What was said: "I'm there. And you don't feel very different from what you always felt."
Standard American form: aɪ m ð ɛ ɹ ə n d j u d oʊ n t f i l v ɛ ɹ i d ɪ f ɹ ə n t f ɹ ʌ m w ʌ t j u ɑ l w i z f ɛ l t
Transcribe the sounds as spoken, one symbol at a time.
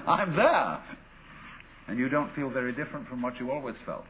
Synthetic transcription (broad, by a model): aɪ m ð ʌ ɹ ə n j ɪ d oʊ n t f i l v ɛ ɹ i d ɪ f ɹ ə n t f ɹ ʌ m w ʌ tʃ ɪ ɑ l w i z f ɛ l t